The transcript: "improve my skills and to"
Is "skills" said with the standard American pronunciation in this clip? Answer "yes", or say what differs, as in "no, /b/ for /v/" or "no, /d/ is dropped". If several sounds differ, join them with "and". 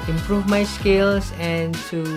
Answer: no, /s/ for /z/